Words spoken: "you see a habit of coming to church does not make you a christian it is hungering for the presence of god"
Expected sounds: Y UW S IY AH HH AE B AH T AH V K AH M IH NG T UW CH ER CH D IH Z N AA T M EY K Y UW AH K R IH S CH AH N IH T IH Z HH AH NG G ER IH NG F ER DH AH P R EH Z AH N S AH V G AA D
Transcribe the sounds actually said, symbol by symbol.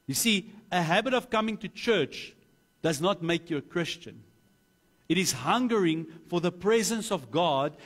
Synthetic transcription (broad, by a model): Y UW S IY AH HH AE B AH T AH V K AH M IH NG T UW CH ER CH D IH Z N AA T M EY K Y UW AH K R IH S CH AH N IH T IH Z HH AH NG G ER IH NG F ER DH AH P R EH Z AH N S AH V G AA D